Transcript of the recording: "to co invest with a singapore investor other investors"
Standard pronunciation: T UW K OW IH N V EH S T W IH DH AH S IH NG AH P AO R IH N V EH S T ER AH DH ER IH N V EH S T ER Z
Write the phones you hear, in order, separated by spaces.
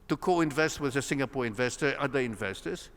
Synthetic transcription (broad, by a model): T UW K OW IH N V EH S T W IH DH AH S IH NG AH P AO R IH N V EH S T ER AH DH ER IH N V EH S T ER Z